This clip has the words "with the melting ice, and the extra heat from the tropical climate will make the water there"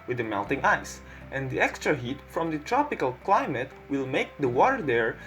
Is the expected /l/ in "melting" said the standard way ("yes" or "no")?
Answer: yes